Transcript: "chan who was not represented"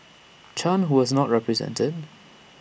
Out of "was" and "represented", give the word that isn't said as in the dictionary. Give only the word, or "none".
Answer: none